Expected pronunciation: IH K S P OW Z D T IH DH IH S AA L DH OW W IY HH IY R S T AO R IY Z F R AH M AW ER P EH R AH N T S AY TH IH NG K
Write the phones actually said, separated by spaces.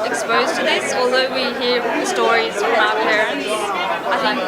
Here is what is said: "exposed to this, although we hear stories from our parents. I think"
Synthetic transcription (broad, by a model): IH K S P OW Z T IH DH IH S AA L DH OW W IY HH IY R S T AO R IY Z F R AH M AW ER P EH R AH N T S AY TH IH NG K